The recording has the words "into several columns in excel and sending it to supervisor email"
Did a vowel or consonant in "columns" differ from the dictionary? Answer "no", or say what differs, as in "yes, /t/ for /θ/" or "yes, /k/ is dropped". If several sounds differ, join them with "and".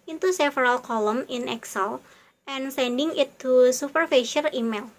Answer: yes, /z/ is dropped